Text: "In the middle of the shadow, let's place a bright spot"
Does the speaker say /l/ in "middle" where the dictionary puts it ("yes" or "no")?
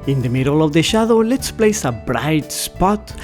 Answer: yes